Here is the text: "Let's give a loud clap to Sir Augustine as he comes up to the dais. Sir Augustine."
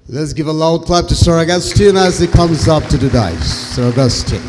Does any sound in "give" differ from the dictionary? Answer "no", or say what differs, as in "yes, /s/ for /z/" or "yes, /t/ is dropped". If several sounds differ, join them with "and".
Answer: no